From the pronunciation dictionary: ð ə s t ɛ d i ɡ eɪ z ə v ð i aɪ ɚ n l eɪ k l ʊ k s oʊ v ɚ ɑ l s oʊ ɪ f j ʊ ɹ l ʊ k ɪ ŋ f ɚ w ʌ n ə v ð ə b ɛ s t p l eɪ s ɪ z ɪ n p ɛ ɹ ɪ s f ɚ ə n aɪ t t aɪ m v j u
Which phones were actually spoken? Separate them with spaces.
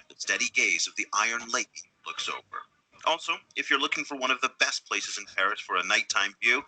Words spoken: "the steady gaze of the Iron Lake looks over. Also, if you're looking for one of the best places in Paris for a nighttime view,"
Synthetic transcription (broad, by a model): ð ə s t ɛ d i ɡ eɪ z ə v ð i aɪ ɚ n l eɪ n l ʊ k s oʊ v ɚ ɑ l s oʊ ɪ f j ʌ ɹ l ʊ k ɪ ŋ f ɚ w ʌ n ə v ð ə b ɛ s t p l eɪ s ɪ z ɪ n p ɛ ɹ ɪ s f ɚ ə n aɪ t t aɪ m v j u